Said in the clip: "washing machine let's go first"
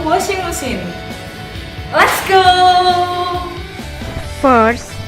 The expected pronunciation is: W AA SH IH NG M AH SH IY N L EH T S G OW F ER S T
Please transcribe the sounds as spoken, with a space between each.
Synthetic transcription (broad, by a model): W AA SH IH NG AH S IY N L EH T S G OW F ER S